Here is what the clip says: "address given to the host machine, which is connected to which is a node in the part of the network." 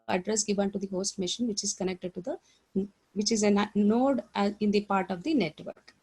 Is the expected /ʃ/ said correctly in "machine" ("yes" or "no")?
yes